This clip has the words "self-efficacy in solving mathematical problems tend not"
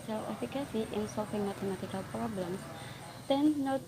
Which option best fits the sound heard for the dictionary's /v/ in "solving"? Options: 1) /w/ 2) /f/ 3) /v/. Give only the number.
2